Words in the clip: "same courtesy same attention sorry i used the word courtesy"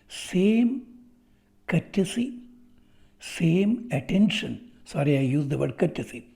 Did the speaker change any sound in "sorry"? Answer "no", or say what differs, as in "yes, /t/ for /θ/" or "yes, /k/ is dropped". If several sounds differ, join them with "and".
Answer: no